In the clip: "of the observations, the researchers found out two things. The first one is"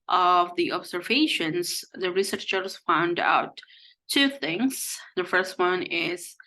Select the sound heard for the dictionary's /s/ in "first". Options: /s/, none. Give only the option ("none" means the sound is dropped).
/s/